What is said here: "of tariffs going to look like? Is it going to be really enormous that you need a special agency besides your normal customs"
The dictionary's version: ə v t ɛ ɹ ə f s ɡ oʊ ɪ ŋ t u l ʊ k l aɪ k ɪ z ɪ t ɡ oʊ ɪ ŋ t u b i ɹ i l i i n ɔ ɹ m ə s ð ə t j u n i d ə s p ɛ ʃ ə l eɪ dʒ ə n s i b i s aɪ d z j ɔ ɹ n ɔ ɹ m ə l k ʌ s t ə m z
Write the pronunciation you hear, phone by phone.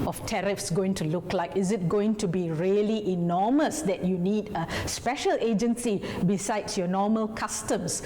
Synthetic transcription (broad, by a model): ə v t ɛ ɹ ə f s ɡ oʊ ɪ ŋ t u l ʊ k l aɪ k ɪ z ɪ t ɡ oʊ ɪ ŋ t u b i ɹ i l i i n ɔ m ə s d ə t j u n i d ə s p ɛ ʃ ə l eɪ dʒ ə n s i b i s aɪ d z j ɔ n ɔ m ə l k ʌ s t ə m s